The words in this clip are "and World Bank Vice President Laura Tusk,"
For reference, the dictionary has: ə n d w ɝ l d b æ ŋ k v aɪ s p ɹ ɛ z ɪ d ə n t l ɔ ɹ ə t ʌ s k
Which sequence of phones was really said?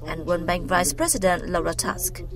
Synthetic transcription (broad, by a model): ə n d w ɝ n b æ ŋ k v aɪ s p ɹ ɛ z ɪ d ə n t l ɔ ɹ ə t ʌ s k